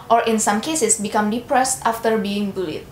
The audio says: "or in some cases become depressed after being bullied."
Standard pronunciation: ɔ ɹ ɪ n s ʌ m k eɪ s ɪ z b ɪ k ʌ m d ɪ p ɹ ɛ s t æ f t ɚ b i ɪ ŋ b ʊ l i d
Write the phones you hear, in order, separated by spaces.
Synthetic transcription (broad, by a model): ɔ ɹ ɪ n s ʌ m k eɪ s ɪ s b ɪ k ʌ m d ɪ p ɹ ɛ s t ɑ f t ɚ b i ɪ ŋ b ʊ l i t